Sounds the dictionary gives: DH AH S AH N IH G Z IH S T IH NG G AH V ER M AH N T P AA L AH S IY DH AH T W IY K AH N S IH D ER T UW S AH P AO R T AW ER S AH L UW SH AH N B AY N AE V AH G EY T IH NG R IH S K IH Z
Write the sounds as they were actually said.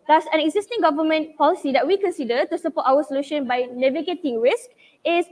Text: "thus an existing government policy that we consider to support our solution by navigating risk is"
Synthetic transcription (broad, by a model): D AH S AH N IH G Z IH S T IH NG G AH V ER M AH N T P AA L AH S IY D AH T W IY K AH N S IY D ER T UW S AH P AO T AW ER S AH L UW SH AH N B AY N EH V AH G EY T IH NG R IH S K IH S